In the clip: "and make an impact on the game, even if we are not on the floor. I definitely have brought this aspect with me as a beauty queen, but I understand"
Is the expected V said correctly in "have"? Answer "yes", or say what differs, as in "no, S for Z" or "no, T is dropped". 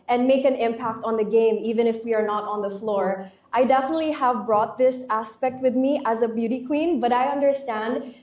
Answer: yes